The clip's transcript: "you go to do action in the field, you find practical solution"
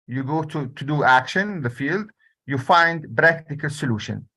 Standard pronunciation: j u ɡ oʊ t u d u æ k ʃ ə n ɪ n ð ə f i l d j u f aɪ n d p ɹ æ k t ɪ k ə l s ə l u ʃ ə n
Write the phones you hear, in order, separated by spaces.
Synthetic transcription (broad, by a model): j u ɡ oʊ t u d u æ k ʃ ə n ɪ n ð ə f i l d j u f aɪ n d b ɹ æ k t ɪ k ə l s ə l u ʃ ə n